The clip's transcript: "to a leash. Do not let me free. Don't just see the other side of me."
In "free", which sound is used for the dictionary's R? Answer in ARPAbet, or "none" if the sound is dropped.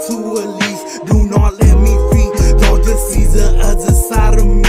none